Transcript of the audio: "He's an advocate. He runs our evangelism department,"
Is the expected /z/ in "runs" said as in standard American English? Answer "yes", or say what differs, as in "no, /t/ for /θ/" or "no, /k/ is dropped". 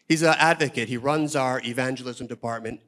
yes